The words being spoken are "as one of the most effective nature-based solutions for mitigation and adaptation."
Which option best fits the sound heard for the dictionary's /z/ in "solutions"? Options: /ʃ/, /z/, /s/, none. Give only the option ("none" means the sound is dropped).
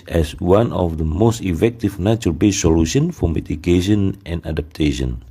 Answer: none